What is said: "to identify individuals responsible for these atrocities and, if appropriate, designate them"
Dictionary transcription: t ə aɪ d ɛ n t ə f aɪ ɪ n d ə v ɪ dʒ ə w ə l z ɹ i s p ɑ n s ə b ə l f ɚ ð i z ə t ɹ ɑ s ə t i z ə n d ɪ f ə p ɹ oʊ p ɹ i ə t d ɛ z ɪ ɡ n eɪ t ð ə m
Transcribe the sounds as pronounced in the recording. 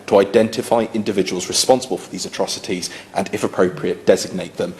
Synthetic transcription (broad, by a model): t ə aɪ d ɛ n t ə f aɪ ɪ n d ə v ɪ dʒ ə w ə l z ɹ i s p ɑ n s ə b ə l f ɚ ð i z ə t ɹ ɑ s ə t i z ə n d ɪ f ə p ɹ oʊ p ɹ i ə t d ɛ z ɪ ɡ n eɪ t ð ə m